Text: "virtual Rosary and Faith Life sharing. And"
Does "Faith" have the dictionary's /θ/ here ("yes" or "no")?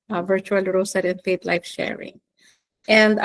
no